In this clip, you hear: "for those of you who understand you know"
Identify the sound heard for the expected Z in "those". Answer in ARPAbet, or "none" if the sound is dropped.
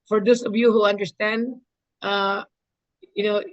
S